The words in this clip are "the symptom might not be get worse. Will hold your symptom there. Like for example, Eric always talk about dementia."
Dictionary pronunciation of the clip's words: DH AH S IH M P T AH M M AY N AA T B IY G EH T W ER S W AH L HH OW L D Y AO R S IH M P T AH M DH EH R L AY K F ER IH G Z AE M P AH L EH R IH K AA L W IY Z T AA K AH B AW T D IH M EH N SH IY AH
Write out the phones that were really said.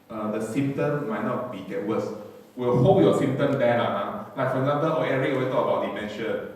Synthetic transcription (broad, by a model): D AH S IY M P T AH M M AY N AA T B IY G EH T W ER S W AH L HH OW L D Y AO S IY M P T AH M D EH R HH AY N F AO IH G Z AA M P AH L EH R IH K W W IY T AA K AH B AW T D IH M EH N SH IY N